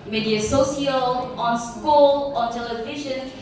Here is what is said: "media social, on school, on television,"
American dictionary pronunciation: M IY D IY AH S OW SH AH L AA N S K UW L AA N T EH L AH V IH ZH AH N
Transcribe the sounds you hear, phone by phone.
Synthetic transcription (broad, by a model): M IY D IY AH S OW S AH L AA N S K UW L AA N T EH L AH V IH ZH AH N